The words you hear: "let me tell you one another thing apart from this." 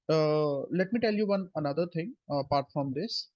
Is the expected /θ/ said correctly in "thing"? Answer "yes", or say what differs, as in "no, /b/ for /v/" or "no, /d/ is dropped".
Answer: no, /t/ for /θ/